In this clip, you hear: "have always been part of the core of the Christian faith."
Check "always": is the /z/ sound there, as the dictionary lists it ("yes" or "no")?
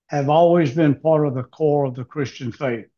yes